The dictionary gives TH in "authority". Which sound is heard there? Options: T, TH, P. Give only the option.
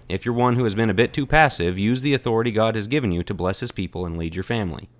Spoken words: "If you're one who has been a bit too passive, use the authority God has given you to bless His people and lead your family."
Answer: TH